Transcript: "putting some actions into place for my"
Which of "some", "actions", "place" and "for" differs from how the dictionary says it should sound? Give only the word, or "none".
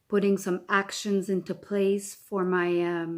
none